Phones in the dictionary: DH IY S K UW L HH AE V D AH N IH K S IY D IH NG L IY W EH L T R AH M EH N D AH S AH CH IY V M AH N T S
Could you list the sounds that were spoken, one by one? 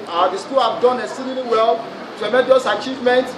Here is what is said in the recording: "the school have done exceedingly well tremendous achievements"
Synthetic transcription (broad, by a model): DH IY S K UW L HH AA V D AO N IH S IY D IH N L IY W EH L T R AH M EH N D AH S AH CH IY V M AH N T